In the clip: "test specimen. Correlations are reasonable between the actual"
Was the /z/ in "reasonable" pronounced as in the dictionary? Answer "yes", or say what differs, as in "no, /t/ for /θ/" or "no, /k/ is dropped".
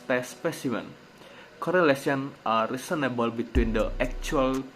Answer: no, /s/ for /z/